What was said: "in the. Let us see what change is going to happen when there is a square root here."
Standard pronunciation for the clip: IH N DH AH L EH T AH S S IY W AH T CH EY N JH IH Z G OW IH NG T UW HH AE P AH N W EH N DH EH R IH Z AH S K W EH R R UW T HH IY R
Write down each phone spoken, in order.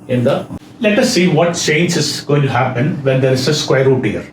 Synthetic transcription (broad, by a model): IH N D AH L EH T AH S S IY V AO T CH EY N JH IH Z G OW IH NG T UW HH AE P AH N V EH N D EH R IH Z AH S K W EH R R UW T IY R